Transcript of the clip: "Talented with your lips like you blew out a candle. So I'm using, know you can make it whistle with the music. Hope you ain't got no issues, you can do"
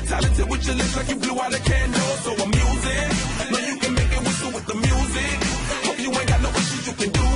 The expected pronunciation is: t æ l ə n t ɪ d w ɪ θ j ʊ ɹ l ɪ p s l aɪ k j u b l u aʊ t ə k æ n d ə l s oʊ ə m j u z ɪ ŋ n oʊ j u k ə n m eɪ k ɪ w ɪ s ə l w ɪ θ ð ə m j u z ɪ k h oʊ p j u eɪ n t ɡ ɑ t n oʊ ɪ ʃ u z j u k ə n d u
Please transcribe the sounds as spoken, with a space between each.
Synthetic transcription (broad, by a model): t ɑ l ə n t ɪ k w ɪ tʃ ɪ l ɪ s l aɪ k j u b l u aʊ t ə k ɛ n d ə s oʊ ə m j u z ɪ n oʊ j u k ə n m eɪ k ɪ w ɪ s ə w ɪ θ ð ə m j u z ɪ k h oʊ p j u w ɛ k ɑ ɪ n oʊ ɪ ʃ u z j u k ə n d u